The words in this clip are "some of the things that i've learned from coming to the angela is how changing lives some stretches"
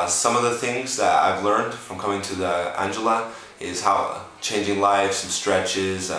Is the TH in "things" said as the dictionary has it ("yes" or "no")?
yes